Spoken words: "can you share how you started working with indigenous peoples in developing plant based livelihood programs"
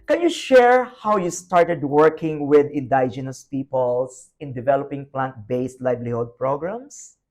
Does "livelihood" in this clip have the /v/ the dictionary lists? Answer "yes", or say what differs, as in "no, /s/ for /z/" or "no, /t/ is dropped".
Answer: no, /b/ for /v/